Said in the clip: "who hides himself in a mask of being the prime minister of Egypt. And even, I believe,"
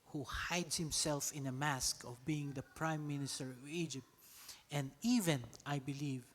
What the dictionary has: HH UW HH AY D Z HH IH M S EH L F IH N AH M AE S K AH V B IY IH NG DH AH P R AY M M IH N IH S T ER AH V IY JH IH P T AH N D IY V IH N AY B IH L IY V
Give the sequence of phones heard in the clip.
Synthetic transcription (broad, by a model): HH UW HH AY D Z HH IH M S EH L F IH N AH M AE S K AH V B IY IH NG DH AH P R AY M M IH N IH S T ER AH V IY JH IH P T AH N D IY V IH N AY B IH L IY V